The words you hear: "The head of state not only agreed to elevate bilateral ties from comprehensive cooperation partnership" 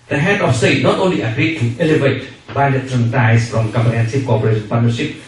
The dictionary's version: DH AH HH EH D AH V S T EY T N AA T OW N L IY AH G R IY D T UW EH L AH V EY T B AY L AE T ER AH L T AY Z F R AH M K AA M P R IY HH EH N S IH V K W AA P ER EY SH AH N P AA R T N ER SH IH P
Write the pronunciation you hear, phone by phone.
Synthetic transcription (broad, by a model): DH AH HH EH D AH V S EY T N AA T OW N L IY AH G R IY D T UW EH L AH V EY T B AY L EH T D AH N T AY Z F R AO M K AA M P IY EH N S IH P K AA P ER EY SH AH N P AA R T N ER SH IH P